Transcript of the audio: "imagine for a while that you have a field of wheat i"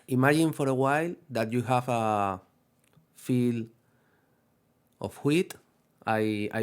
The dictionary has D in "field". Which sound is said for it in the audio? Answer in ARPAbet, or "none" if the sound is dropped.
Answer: none